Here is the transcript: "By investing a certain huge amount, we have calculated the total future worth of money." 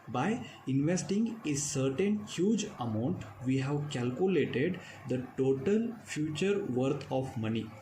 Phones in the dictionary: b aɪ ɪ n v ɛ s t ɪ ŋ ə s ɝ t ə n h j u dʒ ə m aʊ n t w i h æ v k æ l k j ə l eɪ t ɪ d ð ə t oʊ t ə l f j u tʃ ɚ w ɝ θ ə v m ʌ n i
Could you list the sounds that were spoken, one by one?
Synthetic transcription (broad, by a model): b aɪ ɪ n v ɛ s t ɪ ŋ ə s ɝ t ə n h j u dʒ ə m aʊ n t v i h æ v k æ l k j ə l eɪ t ɪ d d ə t oʊ t ə l f j u tʃ ɚ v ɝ t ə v m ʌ n i